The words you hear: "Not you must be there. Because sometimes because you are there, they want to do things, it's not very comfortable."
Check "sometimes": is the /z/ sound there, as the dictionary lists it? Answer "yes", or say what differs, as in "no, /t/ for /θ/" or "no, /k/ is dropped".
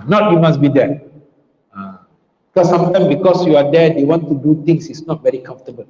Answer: no, /z/ is dropped